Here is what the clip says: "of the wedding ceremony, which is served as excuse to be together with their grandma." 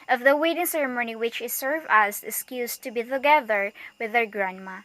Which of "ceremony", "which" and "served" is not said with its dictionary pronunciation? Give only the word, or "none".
served